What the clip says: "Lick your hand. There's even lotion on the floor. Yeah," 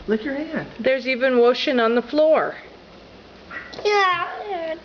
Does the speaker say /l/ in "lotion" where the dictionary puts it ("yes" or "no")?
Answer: no